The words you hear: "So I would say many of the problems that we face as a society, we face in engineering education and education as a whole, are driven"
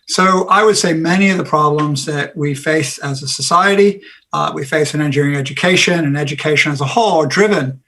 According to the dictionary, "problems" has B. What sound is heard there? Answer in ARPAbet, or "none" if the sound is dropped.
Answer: B